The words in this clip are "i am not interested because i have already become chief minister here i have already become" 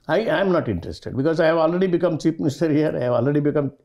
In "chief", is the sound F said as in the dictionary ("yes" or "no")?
no